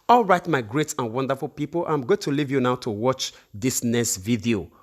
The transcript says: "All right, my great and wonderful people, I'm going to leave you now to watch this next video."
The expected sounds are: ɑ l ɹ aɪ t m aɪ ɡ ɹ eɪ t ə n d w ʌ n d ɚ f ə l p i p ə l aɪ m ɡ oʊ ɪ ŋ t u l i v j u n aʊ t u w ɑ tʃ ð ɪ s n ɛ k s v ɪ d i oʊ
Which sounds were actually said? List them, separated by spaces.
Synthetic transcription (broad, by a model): ɑ l ɹ aɪ t m aɪ ɡ ɹ eɪ t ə n w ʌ n d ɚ f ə l p i p ə l aɪ m ɡ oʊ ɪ t u l i v j u n aʊ t u w ɑ tʃ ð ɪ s n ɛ s v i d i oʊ